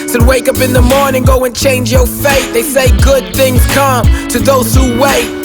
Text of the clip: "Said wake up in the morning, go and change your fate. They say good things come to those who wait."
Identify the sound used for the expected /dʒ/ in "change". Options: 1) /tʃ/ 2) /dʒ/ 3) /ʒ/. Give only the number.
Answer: 2